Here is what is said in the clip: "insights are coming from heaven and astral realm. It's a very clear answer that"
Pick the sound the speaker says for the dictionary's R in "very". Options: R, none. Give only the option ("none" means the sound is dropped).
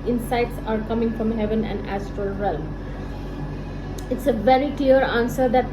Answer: R